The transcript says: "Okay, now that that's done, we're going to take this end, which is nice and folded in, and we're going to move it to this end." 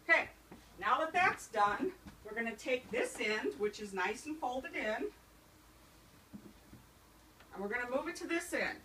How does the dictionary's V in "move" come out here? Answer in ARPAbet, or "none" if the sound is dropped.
V